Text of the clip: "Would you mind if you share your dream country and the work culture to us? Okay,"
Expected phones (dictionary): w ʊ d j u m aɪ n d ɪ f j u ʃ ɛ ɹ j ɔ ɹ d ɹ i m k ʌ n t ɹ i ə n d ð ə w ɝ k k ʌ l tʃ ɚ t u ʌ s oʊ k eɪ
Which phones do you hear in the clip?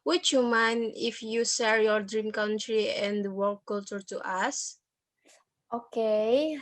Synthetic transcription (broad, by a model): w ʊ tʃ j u m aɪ n ɪ f j u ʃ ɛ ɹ j ɔ ɹ d ɹ i m k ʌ n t ɹ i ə n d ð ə w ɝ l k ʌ l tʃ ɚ t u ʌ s oʊ k eɪ